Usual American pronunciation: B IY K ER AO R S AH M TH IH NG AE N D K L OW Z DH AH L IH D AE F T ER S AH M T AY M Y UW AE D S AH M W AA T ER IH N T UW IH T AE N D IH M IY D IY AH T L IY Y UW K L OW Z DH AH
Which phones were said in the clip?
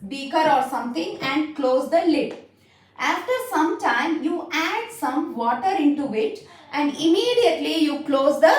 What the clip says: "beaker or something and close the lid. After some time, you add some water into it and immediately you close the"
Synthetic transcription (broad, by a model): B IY K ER AO R S AH M T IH NG AE N D K L OW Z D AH L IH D AE F T ER S AH M T AY M Y UW AE D S AH M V AA T ER IH N T UW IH T AE N D IH M IY D IY AH T L IY Y UW K L OW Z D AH